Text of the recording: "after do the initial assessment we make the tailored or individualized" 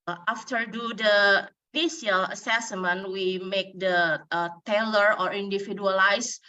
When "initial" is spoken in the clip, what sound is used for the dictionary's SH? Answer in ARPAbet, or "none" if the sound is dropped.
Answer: none